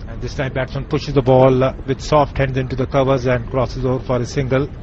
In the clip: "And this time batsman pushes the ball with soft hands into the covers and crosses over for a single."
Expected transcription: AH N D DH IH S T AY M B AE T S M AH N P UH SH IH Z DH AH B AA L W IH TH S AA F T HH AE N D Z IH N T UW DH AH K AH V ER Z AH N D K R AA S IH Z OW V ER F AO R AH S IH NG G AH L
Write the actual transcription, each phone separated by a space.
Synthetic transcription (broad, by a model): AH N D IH S T AY M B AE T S AH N P UH SH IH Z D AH B AA L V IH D S AA F T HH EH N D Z IH N T UW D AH K AH V ER Z AH N D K R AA S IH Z OW V ER F AO R AH S IH NG G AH L